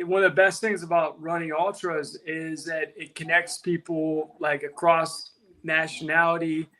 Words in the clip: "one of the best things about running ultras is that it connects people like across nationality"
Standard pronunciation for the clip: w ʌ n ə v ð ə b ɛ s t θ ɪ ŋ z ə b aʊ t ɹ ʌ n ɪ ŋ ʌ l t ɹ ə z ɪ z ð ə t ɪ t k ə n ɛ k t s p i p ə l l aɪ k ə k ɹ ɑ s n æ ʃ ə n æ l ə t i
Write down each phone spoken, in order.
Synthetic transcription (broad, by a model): w ʌ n ə v ð ə b ɛ s t θ ɪ ŋ z ə b aʊ t ɹ ʌ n ɪ ŋ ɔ l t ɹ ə z ɪ z ð ə t ɪ t k ə n ɛ k t s p i p l l aɪ k ə k ɹ ɑ s n æ ʃ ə n æ l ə t i